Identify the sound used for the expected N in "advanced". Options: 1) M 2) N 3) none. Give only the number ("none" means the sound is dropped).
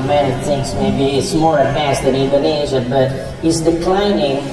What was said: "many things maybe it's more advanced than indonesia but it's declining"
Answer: 3